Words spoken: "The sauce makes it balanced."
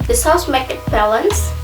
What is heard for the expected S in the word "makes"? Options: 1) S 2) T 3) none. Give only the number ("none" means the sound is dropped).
3